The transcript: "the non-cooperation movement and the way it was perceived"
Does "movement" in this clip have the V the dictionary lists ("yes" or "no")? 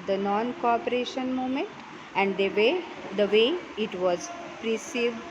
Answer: no